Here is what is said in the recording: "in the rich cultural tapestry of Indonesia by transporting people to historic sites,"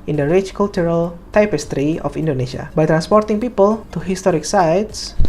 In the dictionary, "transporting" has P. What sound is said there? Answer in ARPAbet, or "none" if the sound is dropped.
P